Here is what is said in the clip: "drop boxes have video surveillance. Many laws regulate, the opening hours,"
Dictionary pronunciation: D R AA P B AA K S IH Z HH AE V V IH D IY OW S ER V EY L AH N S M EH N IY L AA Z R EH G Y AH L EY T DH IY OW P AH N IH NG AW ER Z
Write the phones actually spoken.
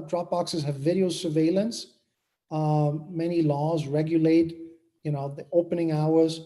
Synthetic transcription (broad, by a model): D R AA P B AA K S IH Z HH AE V V IH D IY OW S ER V EY L AH N S M EH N IY L AA Z R EH G Y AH L EY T DH IY OW P AH N IH NG AW ER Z